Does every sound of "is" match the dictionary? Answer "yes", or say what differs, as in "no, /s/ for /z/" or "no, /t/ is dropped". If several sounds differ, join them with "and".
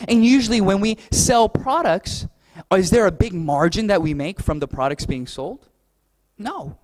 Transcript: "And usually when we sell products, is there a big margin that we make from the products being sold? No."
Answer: yes